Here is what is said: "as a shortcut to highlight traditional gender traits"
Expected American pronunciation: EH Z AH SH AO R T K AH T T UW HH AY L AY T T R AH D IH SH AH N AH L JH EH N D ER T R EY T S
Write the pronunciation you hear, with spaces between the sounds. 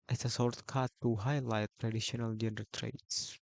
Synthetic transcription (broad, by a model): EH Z AH S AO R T K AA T T UW HH AY L AY T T R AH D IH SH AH N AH L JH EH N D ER T R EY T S